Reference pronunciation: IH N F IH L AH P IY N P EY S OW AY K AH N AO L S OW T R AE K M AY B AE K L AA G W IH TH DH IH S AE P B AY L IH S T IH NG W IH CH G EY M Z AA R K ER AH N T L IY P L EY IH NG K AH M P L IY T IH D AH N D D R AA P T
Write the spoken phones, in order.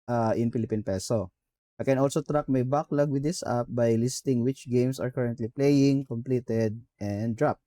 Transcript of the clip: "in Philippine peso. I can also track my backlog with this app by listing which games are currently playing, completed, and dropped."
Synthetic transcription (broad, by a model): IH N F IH L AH P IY N P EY S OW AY K AH N AO L S OW T R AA K M AY B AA K L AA G W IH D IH S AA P B AY L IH S T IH NG W IH CH G EY M S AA R K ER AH N T L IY P L EY IH NG K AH M P L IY T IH D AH N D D R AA P